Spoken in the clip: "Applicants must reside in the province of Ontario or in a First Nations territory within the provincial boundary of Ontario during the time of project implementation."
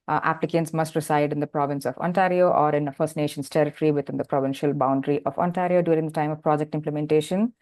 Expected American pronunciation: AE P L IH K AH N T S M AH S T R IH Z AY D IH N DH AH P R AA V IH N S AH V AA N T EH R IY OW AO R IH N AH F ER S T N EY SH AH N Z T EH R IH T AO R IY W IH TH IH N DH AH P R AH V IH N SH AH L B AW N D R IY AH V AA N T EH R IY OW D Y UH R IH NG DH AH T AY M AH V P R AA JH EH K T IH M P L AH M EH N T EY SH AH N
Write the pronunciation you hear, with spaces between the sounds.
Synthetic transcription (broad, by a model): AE P L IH K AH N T S M AH S T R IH S AY D IH N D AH P R AA V IH N S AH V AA N T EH R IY OW AO R IH N AH F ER S T N EY SH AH N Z T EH R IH T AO R IY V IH T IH N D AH P R AH V IH N SH AH L B AW N D R IY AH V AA N T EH R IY OW D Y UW R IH NG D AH T AY M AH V P R AA JH EH K T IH M P L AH M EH N T EY SH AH N